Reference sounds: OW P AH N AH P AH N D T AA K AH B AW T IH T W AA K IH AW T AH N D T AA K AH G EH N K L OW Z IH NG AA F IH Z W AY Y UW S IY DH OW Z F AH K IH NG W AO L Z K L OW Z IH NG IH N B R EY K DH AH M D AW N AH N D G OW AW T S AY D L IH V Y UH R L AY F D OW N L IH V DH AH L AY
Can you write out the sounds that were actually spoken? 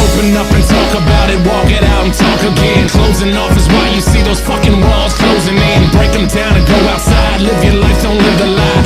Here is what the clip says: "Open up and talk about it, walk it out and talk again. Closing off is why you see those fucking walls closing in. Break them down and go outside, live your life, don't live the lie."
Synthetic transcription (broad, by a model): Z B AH N AH F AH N T AA K AH B AW T IH T W AA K IH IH T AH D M T AA K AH G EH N K L OW Z IH NG AA F IH Z W AY Y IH S IY DH OW Z F AH K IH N W AO L Z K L OW Z IH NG IH N B R EY K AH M D AW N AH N G OW AW T S AY D L IH V Y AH R L AY F OW N L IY DH AH L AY